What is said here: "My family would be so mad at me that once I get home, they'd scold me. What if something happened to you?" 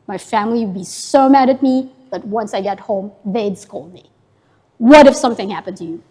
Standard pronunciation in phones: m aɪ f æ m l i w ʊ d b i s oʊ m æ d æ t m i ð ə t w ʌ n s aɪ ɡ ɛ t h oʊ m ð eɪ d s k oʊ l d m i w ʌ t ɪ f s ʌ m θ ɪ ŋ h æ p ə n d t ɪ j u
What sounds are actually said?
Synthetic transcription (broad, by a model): m aɪ f æ m l i w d b i s oʊ m æ d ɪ t m i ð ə t w ʌ n s aɪ ɡ ɛ t h oʊ m ð eɪ d s k oʊ l d m i w ʌ t ɪ f s ʌ m θ ɪ ŋ h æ p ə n t ɪ j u